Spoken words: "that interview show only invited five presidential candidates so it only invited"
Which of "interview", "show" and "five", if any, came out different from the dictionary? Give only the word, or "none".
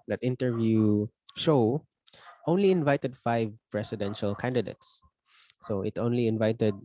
none